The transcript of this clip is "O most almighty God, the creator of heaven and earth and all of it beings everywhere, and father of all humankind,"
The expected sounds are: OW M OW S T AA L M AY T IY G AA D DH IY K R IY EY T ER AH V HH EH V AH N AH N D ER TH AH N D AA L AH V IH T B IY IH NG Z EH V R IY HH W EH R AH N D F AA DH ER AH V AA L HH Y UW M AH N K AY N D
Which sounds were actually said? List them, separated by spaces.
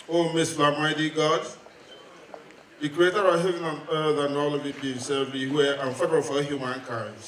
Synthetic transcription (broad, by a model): OW M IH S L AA M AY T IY G AA D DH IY K R IY EY T ER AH HH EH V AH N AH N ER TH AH N AA L AH V IH T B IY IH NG S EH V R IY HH W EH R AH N F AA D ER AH F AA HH Y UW M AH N K AY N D